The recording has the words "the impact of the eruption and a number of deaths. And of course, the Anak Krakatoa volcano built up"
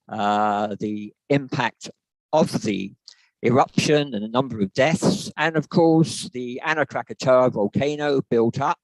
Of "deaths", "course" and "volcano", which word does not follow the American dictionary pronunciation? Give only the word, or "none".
none